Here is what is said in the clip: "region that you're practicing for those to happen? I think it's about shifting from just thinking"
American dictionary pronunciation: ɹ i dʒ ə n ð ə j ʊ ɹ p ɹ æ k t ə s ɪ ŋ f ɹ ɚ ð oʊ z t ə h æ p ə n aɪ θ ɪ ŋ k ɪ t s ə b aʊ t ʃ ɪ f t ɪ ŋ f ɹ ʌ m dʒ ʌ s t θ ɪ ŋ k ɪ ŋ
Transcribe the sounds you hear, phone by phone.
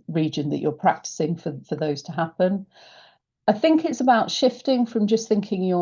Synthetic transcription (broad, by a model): ɹ i dʒ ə n ð ə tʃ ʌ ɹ p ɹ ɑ k t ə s ɪ ŋ f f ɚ ð oʊ z t ə h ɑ p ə n aɪ θ ɪ ŋ k ɪ t s ə b aʊ t ʃ ɪ f t ɪ ŋ f ɹ ʌ m dʒ ʌ s θ ɪ ŋ k ɪ ŋ